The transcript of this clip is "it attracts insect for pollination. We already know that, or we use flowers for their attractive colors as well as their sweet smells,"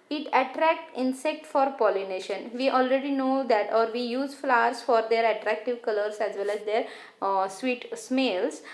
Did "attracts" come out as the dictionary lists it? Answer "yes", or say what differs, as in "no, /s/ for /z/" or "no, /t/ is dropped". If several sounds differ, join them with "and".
no, /s/ is dropped